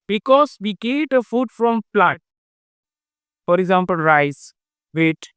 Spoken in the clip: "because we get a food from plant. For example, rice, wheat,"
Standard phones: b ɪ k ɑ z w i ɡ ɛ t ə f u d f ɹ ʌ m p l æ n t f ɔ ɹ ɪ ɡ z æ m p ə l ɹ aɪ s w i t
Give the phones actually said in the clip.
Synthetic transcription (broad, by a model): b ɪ k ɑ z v i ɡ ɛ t ə f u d f ɹ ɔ m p l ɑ t f ɔ ɹ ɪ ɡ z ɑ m p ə l ɹ aɪ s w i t